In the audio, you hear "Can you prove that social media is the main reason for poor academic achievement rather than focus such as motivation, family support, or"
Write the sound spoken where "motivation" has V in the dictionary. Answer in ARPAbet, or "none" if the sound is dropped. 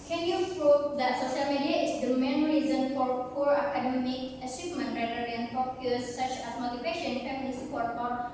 P